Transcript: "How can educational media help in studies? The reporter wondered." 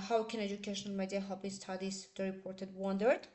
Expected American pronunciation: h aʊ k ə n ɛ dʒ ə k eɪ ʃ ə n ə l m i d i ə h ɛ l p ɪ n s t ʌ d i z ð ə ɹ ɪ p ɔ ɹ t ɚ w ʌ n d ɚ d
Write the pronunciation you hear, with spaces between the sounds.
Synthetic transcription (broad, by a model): h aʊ k ə n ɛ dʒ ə k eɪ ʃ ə n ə l m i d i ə h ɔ p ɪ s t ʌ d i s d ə ɹ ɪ p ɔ ɹ t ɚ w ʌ n d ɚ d